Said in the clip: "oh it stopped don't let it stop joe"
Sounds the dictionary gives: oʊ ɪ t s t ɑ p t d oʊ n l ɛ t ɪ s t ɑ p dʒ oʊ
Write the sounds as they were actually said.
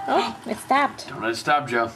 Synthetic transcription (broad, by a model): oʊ ɪ t s t ɑ p t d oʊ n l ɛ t s t ɑ p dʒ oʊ